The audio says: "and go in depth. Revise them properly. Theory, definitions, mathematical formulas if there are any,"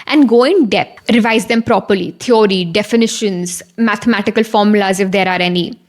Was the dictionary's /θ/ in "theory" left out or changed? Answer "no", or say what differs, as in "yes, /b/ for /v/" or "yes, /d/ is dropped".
yes, /t/ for /θ/